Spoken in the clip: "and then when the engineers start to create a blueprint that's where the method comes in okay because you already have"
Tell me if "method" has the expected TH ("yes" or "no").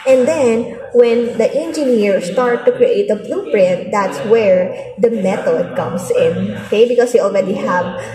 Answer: no